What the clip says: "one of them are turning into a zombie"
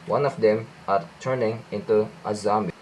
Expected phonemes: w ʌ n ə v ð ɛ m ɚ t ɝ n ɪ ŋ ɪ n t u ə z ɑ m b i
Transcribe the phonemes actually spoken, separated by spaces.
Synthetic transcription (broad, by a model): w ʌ n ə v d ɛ m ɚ t ɝ n ɪ ŋ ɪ n t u ə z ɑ m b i